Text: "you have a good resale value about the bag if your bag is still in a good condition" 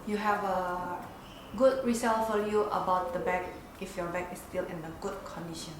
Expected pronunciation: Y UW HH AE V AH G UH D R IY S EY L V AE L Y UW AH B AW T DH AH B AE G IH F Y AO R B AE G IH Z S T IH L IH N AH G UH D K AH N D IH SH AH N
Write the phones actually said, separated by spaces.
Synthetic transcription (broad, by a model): Y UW HH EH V AH G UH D R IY S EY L F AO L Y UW AH B AW T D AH B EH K IH F Y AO B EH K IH S T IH L IH N AH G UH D K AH N D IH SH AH N